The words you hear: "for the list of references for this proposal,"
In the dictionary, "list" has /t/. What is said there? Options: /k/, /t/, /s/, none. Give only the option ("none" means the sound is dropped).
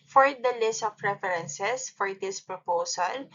/t/